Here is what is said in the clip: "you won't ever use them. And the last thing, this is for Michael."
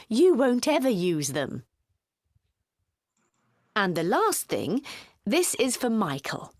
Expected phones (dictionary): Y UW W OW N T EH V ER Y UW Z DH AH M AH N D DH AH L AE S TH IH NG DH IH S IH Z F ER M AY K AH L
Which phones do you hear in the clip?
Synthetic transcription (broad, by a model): Y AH W OW N T EH V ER Y UW Z DH AH M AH N DH AH L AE S TH IH NG DH IH S IH Z F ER M AY K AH L